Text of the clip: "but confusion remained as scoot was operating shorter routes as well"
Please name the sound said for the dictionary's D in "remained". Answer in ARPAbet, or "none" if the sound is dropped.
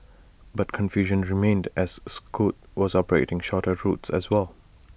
D